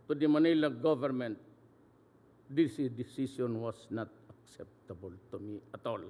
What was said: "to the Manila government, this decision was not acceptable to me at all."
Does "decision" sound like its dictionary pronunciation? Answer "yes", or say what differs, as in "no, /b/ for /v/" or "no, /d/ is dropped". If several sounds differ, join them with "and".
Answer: no, /s/ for /ʒ/